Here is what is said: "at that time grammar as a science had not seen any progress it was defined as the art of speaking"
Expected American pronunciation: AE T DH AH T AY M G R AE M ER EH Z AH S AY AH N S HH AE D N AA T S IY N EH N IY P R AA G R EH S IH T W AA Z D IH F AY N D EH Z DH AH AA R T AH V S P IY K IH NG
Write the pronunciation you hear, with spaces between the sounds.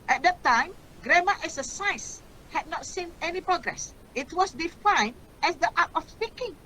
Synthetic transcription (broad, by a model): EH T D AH T AY M G R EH M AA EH S AH S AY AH S HH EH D N AA T S IY N EH N IY P R AA G R EH S IH T W AA S D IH F AY N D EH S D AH AA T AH F S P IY K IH NG